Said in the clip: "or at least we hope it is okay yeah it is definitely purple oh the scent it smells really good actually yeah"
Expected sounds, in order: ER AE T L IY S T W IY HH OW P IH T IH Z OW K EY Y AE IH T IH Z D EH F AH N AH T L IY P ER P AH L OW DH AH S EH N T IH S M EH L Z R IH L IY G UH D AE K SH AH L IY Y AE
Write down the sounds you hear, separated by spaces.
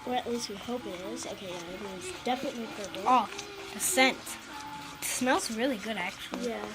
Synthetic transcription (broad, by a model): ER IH T L IY S T W IY HH OW P IH T IH Z OW K EY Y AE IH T IH Z D EH F AH N AH T L IY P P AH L OW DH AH S EH N T S M EH L Z R IH L IY G UH D AE K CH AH L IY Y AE